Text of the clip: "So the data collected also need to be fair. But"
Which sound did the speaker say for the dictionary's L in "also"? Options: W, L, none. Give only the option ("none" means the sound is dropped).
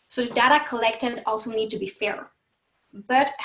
L